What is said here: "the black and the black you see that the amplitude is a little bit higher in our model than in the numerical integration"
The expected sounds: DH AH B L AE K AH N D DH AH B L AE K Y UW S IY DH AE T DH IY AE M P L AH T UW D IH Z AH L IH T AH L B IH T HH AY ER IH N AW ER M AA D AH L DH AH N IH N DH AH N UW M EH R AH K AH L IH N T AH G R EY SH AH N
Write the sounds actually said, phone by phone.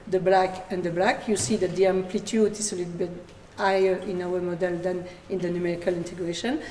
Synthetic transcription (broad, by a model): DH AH B L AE K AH N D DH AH B L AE K Y UW S IY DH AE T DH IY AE M P L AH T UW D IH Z AH L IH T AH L B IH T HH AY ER IH N AW ER M AA D AH L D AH N IH N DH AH N UW M EH R AH K AH L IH N T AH G R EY SH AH N